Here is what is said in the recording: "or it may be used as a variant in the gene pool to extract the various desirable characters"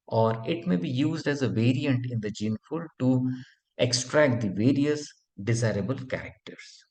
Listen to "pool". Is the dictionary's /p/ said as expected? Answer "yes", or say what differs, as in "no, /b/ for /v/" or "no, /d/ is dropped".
no, /f/ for /p/